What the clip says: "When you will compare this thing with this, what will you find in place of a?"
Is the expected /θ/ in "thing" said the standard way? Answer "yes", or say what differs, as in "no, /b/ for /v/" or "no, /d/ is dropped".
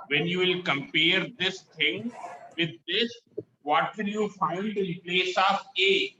no, /t/ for /θ/